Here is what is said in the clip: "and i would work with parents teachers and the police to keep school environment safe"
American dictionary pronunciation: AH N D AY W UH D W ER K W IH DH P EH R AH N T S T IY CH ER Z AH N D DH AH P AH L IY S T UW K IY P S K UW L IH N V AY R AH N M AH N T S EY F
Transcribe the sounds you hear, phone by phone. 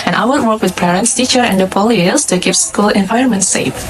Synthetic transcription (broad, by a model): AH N AY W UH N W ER K W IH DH P EH R AH N T S T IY CH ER AH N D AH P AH L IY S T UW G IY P S K UW L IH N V AY AH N M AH N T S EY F